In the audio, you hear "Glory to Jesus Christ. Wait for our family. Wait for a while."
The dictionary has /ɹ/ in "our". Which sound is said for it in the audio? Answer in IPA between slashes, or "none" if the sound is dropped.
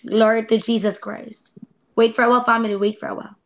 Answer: /l/